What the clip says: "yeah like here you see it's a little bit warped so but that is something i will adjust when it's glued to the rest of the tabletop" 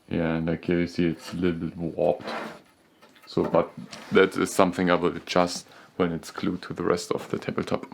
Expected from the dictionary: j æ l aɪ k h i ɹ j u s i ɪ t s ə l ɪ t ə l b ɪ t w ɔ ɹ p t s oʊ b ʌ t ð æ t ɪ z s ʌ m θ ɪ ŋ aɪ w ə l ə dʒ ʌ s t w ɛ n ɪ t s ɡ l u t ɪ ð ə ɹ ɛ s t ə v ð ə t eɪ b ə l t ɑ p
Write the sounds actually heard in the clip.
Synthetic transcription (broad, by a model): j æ n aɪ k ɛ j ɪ s i ɪ t s ə l ɪ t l b ɪ t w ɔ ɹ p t s oʊ b ʌ t ð æ t ɪ z s ʌ m θ ɪ ŋ aɪ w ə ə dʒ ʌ s t w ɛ n ɪ t s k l u t ɪ ð ə ɹ ɛ s t ə v ð ə t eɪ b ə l t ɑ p